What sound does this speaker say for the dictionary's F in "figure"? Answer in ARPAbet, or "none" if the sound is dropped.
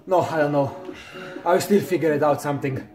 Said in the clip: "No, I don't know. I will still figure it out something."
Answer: F